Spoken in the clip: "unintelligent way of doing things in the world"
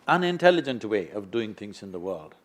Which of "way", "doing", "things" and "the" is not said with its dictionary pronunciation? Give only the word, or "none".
none